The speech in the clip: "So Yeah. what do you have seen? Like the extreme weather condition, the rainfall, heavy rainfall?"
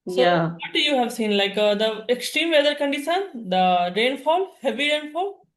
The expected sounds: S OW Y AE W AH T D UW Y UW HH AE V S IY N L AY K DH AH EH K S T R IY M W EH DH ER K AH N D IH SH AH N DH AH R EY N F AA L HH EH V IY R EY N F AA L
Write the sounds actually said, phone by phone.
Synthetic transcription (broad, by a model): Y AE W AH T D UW Y UW HH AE V S IY N L AY K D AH EH K S T R IY M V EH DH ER K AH N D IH S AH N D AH R EY N F AA L HH EH V IY R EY N F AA L